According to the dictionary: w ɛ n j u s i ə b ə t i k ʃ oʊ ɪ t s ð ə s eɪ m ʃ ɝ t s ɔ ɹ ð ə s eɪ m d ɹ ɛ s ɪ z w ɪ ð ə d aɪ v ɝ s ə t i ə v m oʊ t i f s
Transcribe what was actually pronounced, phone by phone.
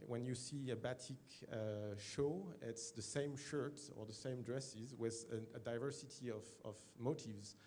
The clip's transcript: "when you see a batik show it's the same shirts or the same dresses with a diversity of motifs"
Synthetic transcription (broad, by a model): w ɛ n j u s i ə b ə t i k ʃ oʊ ɪ t s ð ə s eɪ m ʃ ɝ t ɔ ɹ ð ə s eɪ m d ɹ ɛ s ɪ z w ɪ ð ə d aɪ v ɝ s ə t i ə v m oʊ t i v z